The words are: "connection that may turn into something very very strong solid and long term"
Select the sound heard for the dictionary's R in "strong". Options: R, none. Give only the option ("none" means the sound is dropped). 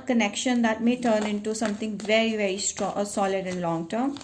none